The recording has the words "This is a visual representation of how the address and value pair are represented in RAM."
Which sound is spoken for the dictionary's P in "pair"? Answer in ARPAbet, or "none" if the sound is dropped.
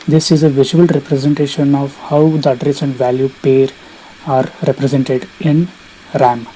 P